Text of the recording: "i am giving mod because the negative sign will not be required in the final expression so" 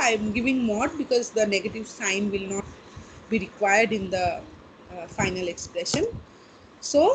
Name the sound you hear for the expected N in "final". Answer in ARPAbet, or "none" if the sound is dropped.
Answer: N